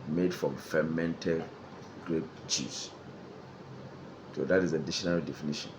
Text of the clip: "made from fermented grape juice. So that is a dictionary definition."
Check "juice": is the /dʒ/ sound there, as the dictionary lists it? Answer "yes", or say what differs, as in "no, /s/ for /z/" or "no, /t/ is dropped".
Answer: no, /tʃ/ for /dʒ/